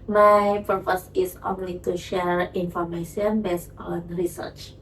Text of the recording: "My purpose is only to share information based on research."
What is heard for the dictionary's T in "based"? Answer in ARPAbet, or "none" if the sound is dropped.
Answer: none